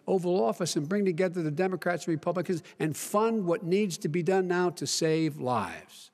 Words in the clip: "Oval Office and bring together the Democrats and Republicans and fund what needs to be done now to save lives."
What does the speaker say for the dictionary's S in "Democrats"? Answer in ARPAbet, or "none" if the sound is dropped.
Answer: S